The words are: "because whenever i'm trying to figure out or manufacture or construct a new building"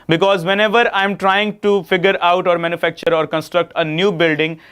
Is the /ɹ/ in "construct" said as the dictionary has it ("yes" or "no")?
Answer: yes